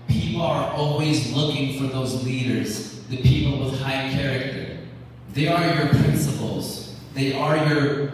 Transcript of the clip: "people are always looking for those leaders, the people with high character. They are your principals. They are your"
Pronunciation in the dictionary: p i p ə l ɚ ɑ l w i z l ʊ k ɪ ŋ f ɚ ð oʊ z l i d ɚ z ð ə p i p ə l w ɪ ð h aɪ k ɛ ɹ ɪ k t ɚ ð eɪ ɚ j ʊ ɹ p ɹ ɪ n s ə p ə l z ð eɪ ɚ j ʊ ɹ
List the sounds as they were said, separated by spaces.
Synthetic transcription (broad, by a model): p i p l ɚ ɑ l w i z l ʊ k ɪ ŋ f ɚ ð oʊ z l i d ɚ z ð ə p i p l w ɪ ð h aɪ k ɛ ɹ ɪ k t ɚ ð eɪ ɚ j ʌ ɹ p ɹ ɪ n s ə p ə l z ð eɪ ɚ j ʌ ɹ